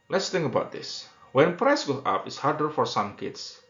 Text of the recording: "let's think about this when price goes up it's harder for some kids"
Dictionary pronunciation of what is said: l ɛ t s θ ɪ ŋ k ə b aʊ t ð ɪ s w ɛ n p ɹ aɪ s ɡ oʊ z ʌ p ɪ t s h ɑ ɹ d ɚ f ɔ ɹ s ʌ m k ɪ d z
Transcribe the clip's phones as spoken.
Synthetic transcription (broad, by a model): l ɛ t s t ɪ ŋ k ə b aʊ t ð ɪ s w ɛ n p ɹ aɪ s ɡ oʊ ɑ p ɪ t s h ɑ ɹ d ɚ f ɔ ɹ s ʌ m k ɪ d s